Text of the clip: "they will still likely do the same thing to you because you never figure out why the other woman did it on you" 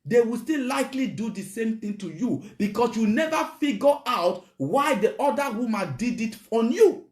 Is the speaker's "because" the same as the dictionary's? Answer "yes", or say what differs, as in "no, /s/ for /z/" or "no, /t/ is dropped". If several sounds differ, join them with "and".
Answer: no, /s/ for /z/